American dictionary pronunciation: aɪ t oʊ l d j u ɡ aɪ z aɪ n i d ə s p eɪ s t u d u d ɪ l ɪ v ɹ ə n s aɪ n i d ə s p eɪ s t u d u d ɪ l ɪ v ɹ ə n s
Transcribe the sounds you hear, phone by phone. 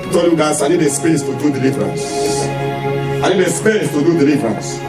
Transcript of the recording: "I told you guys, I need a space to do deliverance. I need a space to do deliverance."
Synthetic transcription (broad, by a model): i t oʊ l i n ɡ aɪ s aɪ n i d ə s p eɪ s t u d u d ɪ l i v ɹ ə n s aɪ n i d ə s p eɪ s t u d u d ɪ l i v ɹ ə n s